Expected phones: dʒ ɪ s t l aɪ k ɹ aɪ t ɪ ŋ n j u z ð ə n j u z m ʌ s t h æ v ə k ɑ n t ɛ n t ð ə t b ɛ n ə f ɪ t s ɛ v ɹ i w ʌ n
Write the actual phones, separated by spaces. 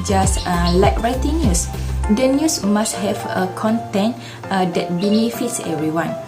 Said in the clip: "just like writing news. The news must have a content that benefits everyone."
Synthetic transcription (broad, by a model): dʒ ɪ s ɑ l aɪ k ɹ aɪ t ɪ ŋ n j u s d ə n j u s m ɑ s t h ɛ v ə k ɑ n t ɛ n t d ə t b ɛ n ə f ɪ t s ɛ v ɹ i w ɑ n